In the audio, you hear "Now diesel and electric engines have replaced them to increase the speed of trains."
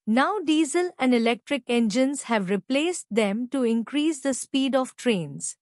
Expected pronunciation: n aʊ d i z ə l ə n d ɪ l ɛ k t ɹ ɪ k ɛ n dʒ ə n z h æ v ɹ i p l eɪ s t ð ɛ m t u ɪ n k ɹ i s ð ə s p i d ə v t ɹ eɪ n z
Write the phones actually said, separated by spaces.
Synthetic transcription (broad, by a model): n aʊ d i z ə l ə n d ɪ l ɛ k t ɹ ɪ k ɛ n dʒ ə n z h æ v ɹ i p l eɪ s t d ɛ m t u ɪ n k ɹ i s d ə s p i d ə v t ɹ eɪ n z